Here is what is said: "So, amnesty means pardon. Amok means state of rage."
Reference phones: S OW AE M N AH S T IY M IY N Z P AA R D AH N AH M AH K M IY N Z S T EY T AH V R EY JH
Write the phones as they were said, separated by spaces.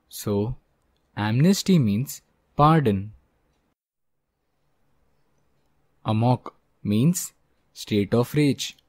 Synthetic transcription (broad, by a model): S OW AE M N AH S T IY M IY N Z P AA R D AH N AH M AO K M IY N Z S T EY T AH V R EY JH